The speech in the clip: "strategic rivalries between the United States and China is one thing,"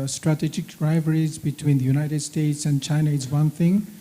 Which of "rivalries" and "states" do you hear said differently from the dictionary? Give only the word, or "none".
rivalries